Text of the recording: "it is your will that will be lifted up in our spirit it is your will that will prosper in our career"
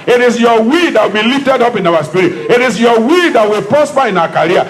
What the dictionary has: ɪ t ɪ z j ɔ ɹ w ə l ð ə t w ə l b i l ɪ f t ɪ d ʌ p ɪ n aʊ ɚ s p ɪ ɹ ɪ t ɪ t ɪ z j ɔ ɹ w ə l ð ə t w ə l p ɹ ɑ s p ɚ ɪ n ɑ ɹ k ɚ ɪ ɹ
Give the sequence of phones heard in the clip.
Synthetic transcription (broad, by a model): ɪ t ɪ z j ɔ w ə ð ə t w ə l b i l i f t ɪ d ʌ p ɪ n aʊ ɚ s p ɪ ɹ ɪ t ɪ t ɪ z j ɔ w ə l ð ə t w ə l p ɑ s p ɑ ɪ n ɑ k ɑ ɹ